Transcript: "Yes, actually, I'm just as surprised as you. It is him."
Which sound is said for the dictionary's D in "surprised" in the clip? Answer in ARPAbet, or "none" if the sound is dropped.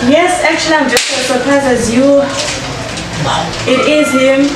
none